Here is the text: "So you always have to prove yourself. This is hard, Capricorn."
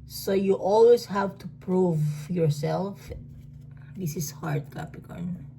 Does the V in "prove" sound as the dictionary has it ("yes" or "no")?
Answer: yes